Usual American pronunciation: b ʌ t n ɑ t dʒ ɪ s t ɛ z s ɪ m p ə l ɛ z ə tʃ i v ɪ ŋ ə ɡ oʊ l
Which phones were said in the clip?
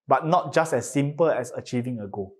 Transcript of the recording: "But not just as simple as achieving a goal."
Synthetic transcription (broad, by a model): b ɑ t n ɑ t dʒ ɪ s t ɛ s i m p ə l ɛ s ə tʃ i v ɪ ŋ ə ɡ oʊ